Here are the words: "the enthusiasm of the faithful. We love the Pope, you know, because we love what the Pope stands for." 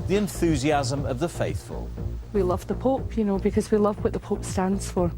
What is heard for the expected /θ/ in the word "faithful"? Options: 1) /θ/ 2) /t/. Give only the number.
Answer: 1